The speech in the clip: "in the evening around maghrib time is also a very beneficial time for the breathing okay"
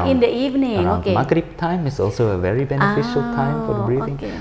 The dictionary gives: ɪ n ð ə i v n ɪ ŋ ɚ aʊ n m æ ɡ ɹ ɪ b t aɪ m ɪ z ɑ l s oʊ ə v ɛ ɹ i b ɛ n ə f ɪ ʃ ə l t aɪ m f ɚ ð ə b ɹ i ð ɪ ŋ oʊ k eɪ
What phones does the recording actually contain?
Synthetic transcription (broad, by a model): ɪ n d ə i v n ɪ ŋ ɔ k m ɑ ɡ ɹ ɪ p t aɪ m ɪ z ɑ l s oʊ ə v ɛ ɹ i b ɛ n ə f ɪ ʃ ə l t aɪ m f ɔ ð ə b ɹ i ɪ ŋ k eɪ